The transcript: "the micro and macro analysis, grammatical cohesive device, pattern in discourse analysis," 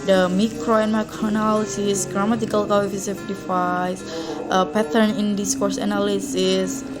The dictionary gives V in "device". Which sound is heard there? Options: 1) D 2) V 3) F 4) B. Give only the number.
3